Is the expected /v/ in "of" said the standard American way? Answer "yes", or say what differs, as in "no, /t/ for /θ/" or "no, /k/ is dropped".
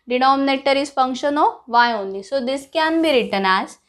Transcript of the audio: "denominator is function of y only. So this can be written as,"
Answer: yes